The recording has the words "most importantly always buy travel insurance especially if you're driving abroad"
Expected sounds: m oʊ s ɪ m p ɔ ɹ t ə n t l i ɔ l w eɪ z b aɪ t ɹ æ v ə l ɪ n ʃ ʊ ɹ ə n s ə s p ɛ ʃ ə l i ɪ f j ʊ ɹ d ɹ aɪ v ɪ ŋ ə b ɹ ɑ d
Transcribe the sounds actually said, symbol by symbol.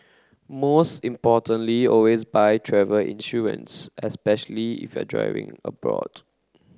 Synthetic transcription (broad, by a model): m oʊ s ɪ m p ɔ t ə n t l i ɔ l w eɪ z b aɪ t ɹ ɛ v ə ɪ n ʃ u ɹ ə n s ə s p ɛ ʃ ə l i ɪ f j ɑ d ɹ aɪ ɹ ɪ ŋ ə b ɹ ɑ d